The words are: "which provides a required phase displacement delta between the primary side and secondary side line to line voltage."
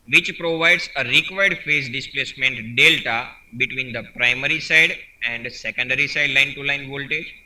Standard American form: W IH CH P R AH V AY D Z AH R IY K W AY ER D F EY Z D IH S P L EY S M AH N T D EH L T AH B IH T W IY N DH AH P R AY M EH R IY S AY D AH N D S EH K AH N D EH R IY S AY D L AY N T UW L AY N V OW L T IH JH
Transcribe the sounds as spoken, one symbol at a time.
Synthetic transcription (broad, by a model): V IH CH P R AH V AY D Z AH R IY K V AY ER D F EY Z D IH S P L EY S M AH N T D EH L T AH B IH T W IY N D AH P R AY M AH R IY S AY D AH N D S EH K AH N D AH R IY S AY D L AY N T UW L AY N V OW L T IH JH